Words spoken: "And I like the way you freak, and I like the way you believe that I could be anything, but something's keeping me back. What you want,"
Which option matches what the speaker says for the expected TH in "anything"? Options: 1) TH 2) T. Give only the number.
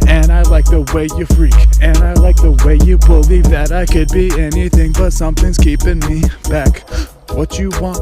1